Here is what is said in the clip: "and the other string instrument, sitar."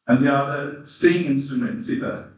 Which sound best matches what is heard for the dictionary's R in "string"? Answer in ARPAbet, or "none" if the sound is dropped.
none